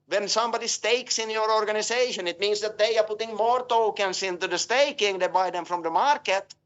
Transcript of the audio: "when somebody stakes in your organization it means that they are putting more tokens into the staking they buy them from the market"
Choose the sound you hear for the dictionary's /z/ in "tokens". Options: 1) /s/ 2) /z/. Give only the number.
1